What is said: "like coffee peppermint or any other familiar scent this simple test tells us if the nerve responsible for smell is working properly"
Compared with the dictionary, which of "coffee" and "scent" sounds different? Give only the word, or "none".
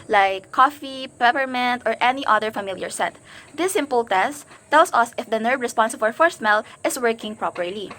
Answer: scent